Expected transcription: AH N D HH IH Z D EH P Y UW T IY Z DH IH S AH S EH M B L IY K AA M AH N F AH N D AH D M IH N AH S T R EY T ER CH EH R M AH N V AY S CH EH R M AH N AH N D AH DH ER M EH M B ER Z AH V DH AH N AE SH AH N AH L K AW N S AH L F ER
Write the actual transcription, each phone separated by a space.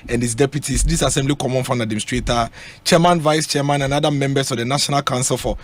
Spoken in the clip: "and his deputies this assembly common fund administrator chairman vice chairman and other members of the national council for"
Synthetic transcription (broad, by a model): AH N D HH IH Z D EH P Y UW T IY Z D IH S AH S EH M B L IY K AA M AH N F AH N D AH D EH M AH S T R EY T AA CH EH M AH N V AY S CH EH M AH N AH N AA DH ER M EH M B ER S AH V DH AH N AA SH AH N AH L K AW N S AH L F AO